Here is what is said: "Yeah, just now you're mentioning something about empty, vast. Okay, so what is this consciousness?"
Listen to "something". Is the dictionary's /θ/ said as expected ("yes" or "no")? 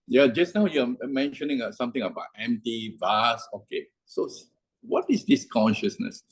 no